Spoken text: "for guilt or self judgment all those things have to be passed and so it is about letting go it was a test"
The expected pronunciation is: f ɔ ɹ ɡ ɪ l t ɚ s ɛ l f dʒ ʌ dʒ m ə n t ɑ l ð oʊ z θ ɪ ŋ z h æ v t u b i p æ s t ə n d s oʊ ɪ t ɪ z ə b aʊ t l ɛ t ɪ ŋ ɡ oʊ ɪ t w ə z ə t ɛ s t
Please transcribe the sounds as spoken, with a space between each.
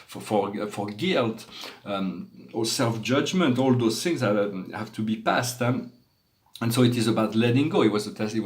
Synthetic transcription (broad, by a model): f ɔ ɹ ɡ ɪ l t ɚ s ɛ l f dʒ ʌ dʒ m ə n t ɑ l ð oʊ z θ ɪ ŋ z h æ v t u b i p æ s t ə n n s oʊ ɪ t ɪ z ə b aʊ t l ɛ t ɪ ŋ ɡ oʊ ɪ t w ə z ə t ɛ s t